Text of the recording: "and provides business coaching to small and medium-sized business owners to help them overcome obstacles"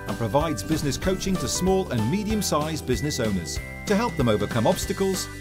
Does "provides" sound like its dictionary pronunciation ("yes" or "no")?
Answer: yes